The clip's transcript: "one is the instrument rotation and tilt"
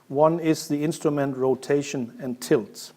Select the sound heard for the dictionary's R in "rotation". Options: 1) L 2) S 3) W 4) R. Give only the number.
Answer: 4